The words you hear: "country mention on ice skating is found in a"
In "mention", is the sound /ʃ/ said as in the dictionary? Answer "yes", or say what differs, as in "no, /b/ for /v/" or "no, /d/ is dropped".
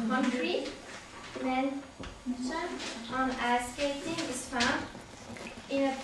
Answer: no, /ʃ/ is dropped